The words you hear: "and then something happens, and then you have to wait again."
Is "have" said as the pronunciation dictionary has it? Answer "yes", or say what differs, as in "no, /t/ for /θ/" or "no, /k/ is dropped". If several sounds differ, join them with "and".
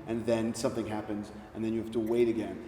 no, /f/ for /v/